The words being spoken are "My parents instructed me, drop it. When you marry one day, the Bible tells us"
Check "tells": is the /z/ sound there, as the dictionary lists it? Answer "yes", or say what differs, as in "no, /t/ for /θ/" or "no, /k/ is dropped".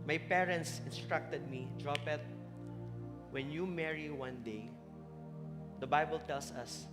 no, /s/ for /z/